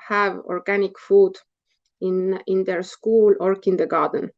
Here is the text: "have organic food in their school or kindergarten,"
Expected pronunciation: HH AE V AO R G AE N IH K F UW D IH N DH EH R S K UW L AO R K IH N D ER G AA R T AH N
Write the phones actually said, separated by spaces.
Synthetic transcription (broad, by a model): HH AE V AO R G AE N IH K F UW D IH N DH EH R S K UW L AO R K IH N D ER G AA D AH N